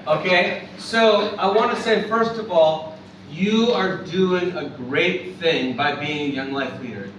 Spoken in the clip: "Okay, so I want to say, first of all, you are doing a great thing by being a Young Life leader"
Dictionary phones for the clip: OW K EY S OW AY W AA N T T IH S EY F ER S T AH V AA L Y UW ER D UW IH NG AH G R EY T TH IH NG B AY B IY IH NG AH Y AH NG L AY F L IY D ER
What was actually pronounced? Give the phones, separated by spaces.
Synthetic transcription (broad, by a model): OW K EY S OW AY W AA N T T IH S EY F ER S T AH V AA L Y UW ER D UW IH NG AH G R EY T TH IH NG B AY B IY IH NG Y AH NG L AY F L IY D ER